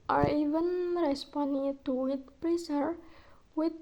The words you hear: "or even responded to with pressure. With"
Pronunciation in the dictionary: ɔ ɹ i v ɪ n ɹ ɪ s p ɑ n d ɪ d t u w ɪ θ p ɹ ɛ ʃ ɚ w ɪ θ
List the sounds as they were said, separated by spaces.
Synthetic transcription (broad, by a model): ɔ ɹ i v ɪ n ɹ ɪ s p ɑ n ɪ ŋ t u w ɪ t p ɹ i s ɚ w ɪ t